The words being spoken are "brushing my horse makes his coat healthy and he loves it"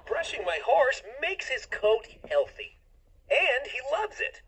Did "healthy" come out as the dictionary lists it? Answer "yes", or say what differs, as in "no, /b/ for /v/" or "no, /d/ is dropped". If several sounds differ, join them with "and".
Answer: yes